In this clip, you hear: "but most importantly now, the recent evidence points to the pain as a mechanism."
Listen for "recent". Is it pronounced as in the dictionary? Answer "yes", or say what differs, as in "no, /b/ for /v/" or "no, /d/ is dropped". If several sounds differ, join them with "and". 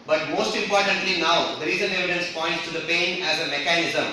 no, /t/ is dropped